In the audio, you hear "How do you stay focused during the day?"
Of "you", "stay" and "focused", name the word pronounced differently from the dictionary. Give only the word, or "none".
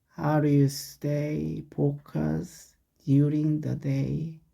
focused